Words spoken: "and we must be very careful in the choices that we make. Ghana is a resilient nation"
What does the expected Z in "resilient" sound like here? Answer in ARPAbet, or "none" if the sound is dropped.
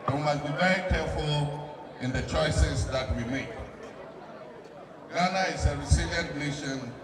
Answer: S